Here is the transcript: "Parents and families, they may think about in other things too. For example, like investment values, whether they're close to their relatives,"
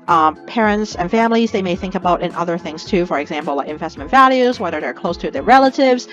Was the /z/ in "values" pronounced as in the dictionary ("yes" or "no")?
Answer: yes